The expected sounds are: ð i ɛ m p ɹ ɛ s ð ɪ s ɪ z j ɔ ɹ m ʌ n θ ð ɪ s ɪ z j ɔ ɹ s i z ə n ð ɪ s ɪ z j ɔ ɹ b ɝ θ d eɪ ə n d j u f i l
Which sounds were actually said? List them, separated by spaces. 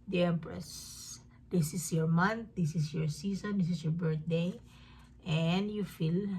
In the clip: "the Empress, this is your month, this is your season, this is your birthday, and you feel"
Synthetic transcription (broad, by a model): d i ɛ m p ɹ ɛ s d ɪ s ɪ s j ɔ ɹ m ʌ n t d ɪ s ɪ s j ɔ ɹ s i s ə n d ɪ s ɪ s j ɔ ɹ b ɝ t d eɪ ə n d j u f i l